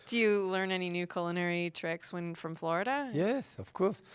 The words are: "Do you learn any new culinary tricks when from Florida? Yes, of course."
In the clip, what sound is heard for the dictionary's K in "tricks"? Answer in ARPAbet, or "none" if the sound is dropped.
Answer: K